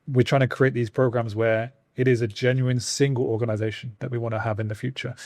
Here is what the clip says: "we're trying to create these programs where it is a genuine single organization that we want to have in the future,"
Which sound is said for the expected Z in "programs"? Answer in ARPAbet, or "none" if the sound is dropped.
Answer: Z